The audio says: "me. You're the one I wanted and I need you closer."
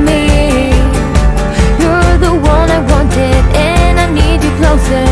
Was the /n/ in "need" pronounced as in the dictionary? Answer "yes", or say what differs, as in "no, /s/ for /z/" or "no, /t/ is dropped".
yes